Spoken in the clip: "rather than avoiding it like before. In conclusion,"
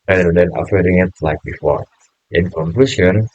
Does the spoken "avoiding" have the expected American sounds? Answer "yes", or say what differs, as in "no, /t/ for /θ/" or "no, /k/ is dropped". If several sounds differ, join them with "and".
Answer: no, /f/ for /v/